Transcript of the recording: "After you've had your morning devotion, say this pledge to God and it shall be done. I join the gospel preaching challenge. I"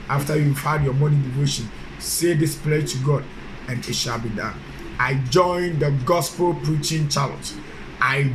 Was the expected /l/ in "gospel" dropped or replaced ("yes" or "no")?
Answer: no